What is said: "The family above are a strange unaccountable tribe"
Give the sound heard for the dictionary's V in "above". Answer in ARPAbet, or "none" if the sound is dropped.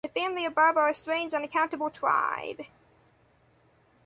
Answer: V